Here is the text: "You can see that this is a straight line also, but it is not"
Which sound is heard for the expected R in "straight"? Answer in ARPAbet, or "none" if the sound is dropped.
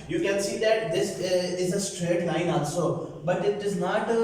R